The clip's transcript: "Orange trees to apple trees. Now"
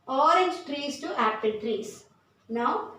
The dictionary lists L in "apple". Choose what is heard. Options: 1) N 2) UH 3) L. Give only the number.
1